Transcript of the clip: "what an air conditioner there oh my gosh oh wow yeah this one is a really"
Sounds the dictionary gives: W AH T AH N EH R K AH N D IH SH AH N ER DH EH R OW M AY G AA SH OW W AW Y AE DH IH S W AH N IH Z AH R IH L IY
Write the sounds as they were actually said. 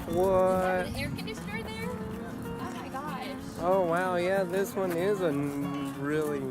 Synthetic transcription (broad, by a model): W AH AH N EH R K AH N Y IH S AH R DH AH R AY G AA OW W AW Y AE DH IH S W AH N IH Z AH R IH L IY